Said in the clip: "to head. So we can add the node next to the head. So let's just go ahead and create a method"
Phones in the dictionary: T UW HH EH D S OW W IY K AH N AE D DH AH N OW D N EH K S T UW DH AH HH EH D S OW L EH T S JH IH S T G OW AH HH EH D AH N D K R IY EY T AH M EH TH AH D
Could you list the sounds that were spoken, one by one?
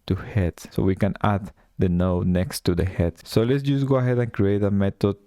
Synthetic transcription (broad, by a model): T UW HH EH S S OW W IY K AH N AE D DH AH N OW N EH K S T UW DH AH HH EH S S OW L EH T S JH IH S G OW AH HH EH D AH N K R IY EY T AH M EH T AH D